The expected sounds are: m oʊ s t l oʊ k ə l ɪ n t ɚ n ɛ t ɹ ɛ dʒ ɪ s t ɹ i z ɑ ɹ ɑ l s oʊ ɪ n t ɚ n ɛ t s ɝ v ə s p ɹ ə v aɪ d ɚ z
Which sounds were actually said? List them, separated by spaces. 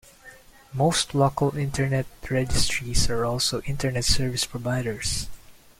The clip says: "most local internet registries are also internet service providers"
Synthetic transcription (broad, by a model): m oʊ s t l oʊ k ə l ɪ n t ɚ n ɛ t ɹ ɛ dʒ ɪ s t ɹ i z ɑ ɹ ɑ l s oʊ ɪ n t ɚ n ɛ t s ɝ v ə s p ɹ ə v aɪ d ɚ s